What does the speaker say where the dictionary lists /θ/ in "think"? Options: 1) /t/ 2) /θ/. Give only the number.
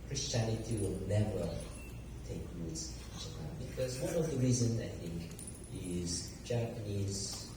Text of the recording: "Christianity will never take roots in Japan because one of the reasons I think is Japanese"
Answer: 2